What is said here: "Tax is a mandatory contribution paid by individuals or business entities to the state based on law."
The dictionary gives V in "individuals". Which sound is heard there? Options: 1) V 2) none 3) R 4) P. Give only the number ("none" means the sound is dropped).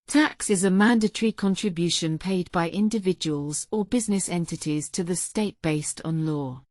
1